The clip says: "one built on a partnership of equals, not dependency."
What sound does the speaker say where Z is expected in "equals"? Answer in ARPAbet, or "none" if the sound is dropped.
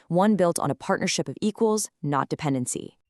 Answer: Z